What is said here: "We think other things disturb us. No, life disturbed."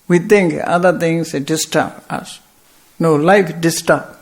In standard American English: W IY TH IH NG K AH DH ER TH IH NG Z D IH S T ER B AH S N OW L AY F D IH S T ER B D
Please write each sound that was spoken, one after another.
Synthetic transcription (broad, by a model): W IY T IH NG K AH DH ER T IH NG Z D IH S T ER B AH S N OW L AY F D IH S T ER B